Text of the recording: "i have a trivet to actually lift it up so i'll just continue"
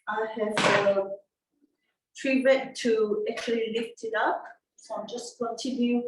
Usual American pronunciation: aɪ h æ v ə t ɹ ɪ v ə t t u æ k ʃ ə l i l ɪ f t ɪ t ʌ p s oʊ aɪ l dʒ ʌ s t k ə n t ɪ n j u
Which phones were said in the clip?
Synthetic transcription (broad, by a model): aɪ h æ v ə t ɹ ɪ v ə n t u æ k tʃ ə l i l ɪ f t ɪ t ʌ p s oʊ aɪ dʒ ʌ s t k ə n t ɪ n j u